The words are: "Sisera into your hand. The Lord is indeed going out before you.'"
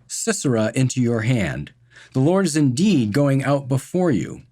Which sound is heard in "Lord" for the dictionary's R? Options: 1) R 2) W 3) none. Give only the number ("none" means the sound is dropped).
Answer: 1